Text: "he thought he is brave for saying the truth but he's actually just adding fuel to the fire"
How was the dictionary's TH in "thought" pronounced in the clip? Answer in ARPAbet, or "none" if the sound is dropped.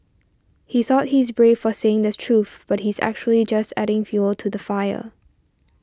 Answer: TH